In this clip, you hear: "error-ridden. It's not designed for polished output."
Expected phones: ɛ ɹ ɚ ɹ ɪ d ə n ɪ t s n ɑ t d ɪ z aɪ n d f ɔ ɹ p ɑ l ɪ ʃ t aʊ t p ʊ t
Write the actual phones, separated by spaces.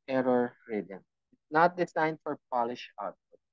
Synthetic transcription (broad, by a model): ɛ ɹ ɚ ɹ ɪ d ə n ɪ t s n ɑ t d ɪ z aɪ n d f ɔ ɹ p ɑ l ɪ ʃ aʊ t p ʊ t